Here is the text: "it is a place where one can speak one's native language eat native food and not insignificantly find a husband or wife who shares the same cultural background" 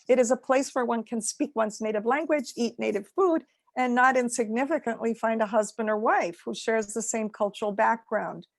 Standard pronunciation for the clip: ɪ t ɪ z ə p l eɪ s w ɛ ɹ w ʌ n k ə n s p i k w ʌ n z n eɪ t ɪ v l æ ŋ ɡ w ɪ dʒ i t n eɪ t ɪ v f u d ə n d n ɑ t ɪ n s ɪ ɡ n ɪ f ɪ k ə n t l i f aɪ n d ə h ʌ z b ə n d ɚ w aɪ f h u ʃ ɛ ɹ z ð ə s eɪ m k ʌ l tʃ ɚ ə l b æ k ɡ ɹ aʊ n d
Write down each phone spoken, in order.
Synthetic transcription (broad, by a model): ɪ t ɪ z ə p l eɪ s w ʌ ɹ w ʌ n k ə n s p i k w ʌ n z n eɪ t ɪ v l æ ŋ ɡ w ɪ dʒ i t n eɪ t ɪ v f u d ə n n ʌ t ɪ n s ɪ ɡ n ɪ f ɪ k ə n t l i f aɪ n d ə h ʌ z b ə n d ɚ w aɪ f h u ʃ ɛ ɹ z ð ə s eɪ m k ʌ l tʃ ɚ l b æ k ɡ ɹ aʊ n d